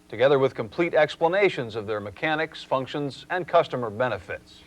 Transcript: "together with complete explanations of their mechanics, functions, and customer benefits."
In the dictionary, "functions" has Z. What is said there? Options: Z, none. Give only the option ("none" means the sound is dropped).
Z